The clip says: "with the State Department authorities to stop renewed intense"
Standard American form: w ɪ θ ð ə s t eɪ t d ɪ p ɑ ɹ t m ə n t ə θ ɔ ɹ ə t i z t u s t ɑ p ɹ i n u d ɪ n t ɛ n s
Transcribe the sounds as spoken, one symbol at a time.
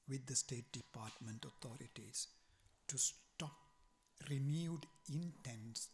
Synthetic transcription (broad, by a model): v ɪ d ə s t eɪ t d ɪ p ɑ ɹ t m ə n t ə t ɔ ɹ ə t i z t u s t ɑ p ɹ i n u d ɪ n t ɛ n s